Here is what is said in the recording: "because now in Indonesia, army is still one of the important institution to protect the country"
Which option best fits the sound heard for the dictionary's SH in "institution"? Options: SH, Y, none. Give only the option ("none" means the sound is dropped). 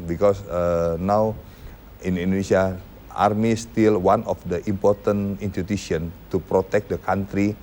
none